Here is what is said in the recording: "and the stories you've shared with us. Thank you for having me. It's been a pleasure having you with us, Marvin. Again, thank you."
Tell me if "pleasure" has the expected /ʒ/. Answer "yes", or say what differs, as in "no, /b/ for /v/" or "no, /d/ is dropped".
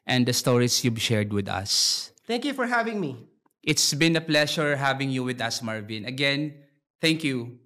no, /ʃ/ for /ʒ/